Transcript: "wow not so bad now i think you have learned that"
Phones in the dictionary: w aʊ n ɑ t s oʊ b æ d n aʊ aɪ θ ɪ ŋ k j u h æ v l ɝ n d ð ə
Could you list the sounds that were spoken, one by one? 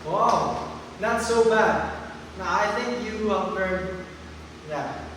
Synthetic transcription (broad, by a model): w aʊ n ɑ t s oʊ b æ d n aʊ aɪ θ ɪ ŋ k j u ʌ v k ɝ d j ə